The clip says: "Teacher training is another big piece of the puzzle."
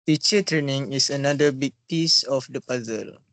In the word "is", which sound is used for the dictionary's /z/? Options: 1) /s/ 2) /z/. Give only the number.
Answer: 1